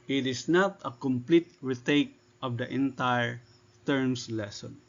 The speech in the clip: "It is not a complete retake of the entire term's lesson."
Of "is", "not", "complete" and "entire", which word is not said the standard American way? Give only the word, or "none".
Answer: is